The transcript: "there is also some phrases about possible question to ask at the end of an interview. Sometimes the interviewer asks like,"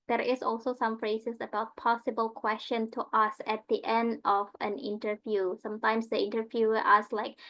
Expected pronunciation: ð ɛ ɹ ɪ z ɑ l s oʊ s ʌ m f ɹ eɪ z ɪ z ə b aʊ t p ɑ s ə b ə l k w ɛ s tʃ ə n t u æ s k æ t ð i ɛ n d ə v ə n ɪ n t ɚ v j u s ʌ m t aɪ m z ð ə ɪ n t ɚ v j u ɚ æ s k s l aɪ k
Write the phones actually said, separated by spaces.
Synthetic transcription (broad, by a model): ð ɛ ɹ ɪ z ɑ l s oʊ s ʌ m f ɹ eɪ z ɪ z ə b aʊ t p ɑ s ə b ə l k w ɛ s tʃ ə n t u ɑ s æ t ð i ɛ n d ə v ə n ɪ n t ɚ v j u s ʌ m t aɪ m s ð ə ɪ n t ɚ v j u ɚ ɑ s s l aɪ k